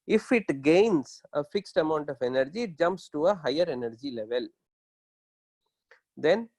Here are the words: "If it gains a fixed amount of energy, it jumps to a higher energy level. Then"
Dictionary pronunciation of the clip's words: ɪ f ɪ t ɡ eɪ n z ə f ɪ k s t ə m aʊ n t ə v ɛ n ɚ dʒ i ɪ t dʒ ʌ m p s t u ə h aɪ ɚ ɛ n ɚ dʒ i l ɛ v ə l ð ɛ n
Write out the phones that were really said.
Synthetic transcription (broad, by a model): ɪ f ɪ t ɡ eɪ n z ə f ɪ k s t ə m aʊ n t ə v ɛ n ɚ dʒ i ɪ t dʒ ʌ m p s t u ə h aɪ ɚ ɛ n ɚ dʒ i l ɛ v ə l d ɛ n